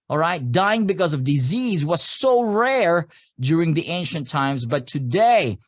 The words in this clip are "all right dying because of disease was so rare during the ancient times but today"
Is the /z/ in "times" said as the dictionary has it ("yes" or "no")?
yes